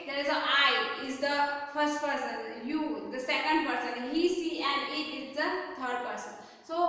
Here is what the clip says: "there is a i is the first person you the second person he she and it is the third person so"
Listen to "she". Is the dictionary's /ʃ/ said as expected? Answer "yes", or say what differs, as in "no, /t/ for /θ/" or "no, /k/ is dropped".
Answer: no, /s/ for /ʃ/